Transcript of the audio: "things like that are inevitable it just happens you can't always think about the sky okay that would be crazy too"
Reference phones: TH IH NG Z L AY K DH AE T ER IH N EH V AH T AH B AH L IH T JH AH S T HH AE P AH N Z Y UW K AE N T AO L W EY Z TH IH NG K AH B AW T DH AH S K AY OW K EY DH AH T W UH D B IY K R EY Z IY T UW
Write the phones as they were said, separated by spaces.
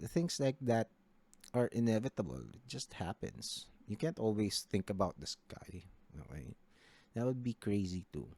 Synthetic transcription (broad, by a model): TH IH NG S L AY K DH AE T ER IH N EH V AH T AH B AH L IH T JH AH S T HH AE P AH N S Y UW K AE N T AO L W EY S TH IH NG K AH B AW T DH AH S K AY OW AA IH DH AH T W UH D B IY K R EY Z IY T UW